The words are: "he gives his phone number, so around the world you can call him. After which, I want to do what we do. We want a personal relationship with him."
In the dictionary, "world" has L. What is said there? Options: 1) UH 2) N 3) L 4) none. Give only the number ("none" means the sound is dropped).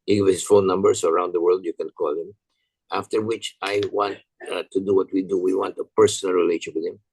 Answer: 3